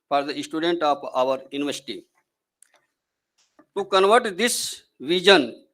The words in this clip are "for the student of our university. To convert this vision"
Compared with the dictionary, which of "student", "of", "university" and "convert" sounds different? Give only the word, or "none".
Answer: of